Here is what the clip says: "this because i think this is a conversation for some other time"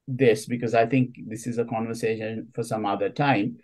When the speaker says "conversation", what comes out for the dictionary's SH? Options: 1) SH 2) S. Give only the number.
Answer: 1